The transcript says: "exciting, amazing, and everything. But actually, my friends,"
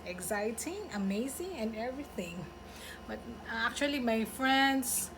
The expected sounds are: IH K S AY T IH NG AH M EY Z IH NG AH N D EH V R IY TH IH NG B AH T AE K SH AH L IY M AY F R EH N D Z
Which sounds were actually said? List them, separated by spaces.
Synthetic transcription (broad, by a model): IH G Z AY T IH NG AH M EY Z IH NG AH N EH V R IY TH IH NG B AH T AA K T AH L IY M AY F R EH N D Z